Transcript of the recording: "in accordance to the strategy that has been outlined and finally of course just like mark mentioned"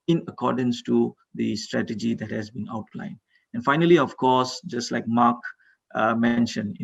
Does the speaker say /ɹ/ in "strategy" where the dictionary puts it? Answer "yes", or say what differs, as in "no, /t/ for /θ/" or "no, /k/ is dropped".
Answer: yes